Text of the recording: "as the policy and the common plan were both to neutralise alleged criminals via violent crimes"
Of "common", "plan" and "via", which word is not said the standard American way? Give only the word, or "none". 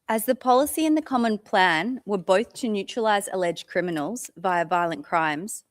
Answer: none